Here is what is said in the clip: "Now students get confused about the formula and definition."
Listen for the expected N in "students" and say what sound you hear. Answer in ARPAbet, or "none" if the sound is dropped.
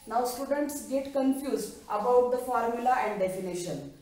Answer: N